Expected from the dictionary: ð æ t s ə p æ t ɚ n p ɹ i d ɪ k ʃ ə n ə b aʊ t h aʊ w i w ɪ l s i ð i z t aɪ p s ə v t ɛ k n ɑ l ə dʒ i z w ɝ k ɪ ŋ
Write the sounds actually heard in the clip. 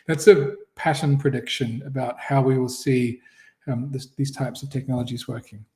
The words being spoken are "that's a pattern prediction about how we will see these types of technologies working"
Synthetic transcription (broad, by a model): ð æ t s ə p æ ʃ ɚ n p ɹ i d ɪ k ʃ ə n ə b aʊ t h aʊ w i w ɪ l s i ð i z t aɪ p s ə v t ɛ k n ɑ l ə dʒ i z w ɝ k ɪ ŋ